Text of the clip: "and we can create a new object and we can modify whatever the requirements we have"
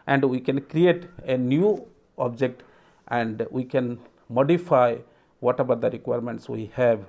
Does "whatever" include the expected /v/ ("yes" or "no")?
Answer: no